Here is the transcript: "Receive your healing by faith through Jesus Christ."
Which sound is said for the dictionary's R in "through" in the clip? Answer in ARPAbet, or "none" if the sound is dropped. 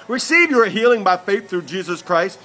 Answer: R